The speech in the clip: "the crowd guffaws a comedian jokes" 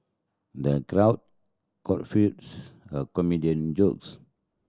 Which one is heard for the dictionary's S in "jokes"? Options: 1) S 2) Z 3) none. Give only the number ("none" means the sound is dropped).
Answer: 1